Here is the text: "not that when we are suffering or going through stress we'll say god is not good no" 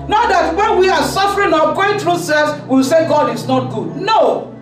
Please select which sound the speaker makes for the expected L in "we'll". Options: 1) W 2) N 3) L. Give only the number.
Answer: 1